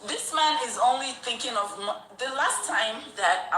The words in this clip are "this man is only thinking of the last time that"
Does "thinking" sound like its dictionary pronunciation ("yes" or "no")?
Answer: yes